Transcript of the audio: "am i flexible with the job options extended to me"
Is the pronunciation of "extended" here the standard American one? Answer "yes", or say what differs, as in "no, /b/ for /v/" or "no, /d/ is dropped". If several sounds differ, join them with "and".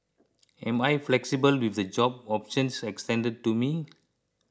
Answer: yes